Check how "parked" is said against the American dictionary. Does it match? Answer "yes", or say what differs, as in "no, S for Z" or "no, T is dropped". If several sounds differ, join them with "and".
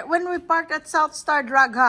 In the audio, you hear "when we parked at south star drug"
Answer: yes